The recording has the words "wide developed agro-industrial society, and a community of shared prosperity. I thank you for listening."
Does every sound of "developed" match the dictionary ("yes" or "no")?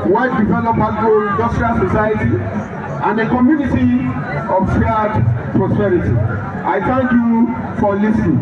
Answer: no